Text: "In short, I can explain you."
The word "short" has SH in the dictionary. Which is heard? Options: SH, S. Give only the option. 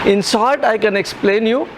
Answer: S